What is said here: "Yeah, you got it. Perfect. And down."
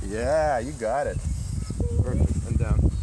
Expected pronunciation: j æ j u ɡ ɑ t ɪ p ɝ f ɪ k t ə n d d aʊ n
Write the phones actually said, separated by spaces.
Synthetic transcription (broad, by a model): j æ j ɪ ɡ ɑ t ɪ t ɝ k ə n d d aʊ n